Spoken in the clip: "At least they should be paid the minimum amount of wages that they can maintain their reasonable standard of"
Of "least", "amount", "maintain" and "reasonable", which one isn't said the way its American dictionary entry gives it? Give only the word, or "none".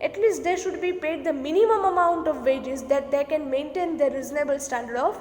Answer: none